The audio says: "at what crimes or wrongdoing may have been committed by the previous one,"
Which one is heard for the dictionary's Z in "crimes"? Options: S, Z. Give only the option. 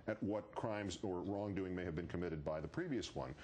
Z